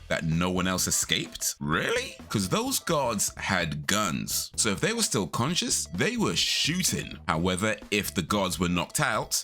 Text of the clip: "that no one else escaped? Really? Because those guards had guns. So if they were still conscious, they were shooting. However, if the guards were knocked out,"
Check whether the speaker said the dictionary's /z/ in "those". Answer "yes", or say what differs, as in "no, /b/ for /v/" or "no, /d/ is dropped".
yes